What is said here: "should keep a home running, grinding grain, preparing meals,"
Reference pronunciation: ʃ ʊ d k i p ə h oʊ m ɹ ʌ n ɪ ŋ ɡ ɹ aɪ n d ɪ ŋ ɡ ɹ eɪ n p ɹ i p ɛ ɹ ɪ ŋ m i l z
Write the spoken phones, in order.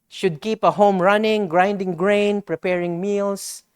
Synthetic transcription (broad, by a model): ʃ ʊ d k i p ə h oʊ m ɹ ʌ n ɪ ŋ ɡ ɹ aɪ n d ɪ ŋ ɡ ɹ eɪ n p ɹ i p ɛ ɹ ɪ ŋ m i l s